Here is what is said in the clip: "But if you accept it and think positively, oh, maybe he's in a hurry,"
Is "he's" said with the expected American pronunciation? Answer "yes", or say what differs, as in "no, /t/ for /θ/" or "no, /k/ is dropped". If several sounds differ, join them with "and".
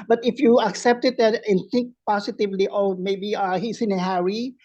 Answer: no, /s/ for /z/